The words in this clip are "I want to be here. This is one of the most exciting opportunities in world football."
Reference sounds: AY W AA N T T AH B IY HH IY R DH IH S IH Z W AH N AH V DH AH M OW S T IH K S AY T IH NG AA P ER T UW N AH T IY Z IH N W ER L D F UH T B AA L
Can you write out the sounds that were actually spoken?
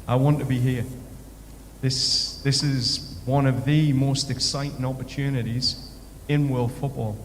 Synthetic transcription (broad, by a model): AY W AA N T T AH B IY HH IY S DH IH S IH Z W AH N AH V DH AH M OW S T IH K S AY T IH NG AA P ER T UW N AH T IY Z IH N W ER L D F UH T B AA L